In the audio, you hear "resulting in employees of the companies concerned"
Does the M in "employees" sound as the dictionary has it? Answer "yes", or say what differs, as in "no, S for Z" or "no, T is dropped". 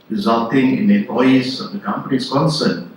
no, M is dropped